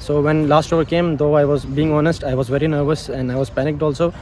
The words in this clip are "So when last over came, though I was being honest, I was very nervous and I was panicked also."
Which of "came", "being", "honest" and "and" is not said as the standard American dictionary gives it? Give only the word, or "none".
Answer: none